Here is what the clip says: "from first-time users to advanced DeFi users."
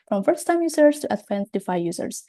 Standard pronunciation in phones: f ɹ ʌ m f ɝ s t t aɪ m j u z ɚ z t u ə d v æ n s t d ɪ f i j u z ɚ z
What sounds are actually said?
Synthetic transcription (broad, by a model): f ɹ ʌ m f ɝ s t t aɪ m j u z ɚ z t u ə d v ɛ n t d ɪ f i j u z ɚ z